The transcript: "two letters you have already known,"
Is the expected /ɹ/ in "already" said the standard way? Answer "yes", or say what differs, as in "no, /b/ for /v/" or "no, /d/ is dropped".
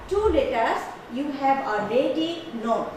no, /ɹ/ is dropped